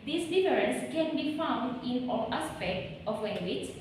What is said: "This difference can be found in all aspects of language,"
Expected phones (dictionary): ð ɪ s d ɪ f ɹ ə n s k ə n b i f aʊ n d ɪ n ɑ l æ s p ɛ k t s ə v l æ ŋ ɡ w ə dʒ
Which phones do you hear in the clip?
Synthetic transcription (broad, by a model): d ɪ s d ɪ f ɹ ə n s k ə n b i f aʊ n d ɪ n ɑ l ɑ s p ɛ k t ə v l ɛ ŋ ɡ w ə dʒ